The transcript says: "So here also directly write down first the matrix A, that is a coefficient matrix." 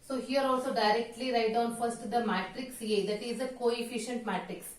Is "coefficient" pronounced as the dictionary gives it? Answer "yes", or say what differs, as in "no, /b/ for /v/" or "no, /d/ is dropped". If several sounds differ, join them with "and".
yes